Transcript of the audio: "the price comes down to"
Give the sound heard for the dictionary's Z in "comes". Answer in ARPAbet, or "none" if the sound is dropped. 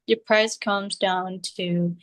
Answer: Z